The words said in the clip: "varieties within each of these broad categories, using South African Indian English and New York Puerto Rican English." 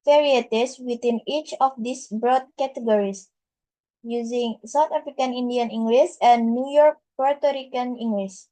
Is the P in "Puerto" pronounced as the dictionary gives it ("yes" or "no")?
yes